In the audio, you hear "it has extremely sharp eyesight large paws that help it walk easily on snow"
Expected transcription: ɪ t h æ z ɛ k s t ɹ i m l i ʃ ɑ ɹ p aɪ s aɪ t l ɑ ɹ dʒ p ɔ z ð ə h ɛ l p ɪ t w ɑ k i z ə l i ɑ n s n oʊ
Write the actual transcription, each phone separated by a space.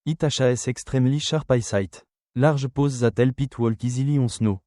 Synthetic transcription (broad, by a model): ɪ t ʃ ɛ s ɛ k s t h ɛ m l i ʃ ɑ ɹ p aɪ s aɪ t l ɑ ɹ ʒ p ɔ z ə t ɛ l p ɪ t w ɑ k i z ə l i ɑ s n oʊ